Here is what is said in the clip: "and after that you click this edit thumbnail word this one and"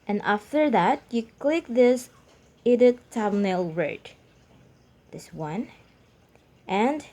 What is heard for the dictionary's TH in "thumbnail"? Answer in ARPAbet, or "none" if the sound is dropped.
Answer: T